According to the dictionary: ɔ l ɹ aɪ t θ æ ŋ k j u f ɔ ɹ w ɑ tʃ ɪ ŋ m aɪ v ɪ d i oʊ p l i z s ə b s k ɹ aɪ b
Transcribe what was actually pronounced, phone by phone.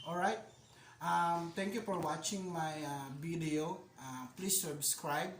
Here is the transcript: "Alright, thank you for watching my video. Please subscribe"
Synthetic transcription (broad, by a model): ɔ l ɹ aɪ t t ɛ ŋ k j u f ɔ ɹ w ɑ tʃ ɪ ŋ m aɪ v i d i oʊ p l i s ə b s k ɹ aɪ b